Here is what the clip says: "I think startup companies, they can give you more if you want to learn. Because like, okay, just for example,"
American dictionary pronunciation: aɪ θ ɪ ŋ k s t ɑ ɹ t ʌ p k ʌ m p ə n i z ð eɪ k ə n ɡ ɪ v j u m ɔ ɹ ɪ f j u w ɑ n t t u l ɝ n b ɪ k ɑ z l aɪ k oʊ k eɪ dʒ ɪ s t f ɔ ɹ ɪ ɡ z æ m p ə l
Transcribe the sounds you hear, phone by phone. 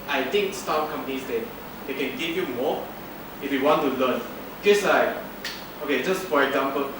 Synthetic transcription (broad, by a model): aɪ t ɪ ŋ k s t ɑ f k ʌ m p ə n i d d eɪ k ə n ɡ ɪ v j u m ɔ ɪ f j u w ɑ n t t u l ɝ n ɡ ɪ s ɑ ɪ oʊ k eɪ dʒ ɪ s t f ɔ ɹ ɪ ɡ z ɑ m p ə l